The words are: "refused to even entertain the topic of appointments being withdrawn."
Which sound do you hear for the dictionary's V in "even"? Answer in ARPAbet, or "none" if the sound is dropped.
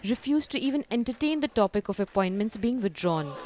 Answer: V